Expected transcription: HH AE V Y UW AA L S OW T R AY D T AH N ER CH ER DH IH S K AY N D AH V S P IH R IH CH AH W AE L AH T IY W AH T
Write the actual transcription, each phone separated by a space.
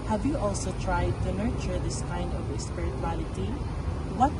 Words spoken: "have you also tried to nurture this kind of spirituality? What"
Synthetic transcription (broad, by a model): HH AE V Y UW AA L S OW T R AY D T AH N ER CH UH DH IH S K AY N D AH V S P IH R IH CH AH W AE L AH T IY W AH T